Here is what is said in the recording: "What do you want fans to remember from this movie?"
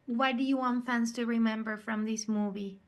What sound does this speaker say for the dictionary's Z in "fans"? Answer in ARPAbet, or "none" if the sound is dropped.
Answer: S